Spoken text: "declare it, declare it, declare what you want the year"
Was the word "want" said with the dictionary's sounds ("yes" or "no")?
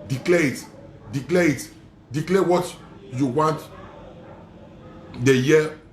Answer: yes